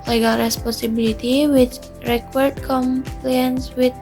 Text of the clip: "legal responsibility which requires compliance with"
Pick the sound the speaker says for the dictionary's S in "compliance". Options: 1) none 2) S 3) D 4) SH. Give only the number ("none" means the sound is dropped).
2